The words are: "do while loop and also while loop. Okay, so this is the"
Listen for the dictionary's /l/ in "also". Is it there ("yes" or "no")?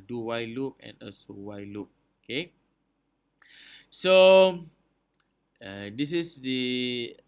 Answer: no